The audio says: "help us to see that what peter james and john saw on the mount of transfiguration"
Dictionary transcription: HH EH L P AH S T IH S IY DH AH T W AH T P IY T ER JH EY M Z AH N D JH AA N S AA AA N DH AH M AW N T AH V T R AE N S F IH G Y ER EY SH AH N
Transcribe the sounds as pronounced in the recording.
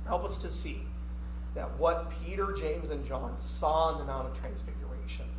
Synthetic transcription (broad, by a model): HH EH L P AH S T IH S IY DH AH T W AH T P IY T ER JH EY M Z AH N JH AA N S AA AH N DH AH M AW T AH V T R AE N S F IH G Y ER EY SH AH N